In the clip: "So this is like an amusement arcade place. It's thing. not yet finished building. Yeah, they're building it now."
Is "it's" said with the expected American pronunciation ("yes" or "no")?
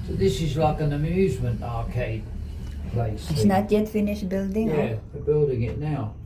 no